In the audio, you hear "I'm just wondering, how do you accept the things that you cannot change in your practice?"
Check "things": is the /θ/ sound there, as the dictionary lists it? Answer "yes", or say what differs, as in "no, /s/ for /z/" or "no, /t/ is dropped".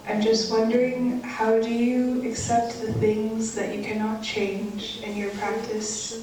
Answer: yes